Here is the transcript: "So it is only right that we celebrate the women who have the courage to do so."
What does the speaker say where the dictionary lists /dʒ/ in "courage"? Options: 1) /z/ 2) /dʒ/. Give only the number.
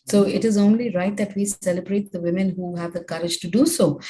2